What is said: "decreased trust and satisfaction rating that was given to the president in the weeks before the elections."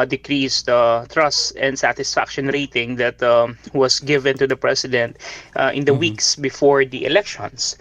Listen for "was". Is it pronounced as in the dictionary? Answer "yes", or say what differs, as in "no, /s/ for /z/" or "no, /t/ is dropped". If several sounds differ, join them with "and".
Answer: no, /s/ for /z/